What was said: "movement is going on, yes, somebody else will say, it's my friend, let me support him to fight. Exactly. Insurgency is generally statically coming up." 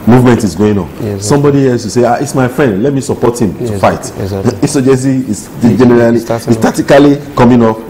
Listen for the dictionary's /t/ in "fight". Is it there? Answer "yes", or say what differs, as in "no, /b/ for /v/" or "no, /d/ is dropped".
no, /t/ is dropped